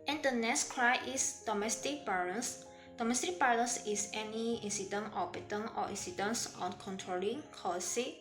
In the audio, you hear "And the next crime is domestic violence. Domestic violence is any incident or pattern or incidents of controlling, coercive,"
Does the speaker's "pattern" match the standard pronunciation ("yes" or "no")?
no